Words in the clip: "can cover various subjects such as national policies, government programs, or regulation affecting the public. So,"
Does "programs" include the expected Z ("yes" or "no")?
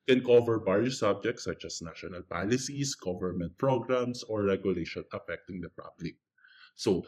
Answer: no